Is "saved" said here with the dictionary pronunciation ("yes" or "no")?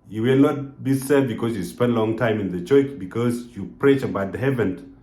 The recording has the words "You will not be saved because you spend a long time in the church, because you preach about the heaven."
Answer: no